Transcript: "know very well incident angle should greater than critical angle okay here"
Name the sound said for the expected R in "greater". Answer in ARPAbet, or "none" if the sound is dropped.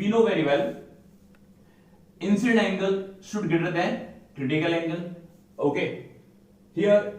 none